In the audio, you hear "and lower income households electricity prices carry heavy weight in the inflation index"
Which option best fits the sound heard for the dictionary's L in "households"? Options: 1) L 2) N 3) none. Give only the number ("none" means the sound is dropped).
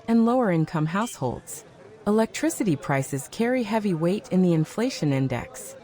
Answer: 1